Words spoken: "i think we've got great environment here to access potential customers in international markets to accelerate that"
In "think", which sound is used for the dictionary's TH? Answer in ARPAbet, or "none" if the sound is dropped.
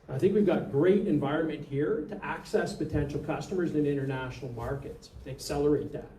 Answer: TH